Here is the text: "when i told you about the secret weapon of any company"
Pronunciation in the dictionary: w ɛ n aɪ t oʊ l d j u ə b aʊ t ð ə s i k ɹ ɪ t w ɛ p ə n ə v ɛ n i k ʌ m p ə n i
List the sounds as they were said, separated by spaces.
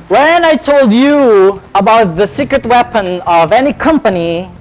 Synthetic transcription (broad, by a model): w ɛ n aɪ t oʊ l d j u ə b aʊ t ð ə s i k ɹ ɪ t w ɛ p ə n ə v ɛ n i k ʌ m p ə n i